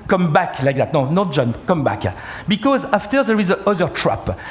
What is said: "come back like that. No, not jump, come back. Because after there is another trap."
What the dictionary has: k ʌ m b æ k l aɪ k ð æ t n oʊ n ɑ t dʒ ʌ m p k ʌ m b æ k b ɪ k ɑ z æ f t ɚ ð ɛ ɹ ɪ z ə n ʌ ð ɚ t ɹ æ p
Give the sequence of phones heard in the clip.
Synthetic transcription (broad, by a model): k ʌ m b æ k l aɪ k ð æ t n oʊ n ɑ t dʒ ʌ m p k ʌ m b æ k b ɪ k ɑ z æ f t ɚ ð ɛ ɹ ɪ z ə ʌ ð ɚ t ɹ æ p